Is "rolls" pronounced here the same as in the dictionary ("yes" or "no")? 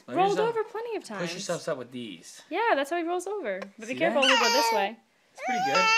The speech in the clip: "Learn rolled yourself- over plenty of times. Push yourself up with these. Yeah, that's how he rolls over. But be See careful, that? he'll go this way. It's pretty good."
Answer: yes